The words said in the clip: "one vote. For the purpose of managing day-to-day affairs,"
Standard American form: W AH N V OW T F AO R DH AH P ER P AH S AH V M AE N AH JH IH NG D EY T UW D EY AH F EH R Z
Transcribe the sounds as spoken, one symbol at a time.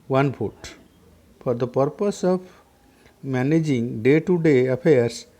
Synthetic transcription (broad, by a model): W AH N P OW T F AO R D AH P ER P AH S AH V M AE N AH JH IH NG D EY T UW D EY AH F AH R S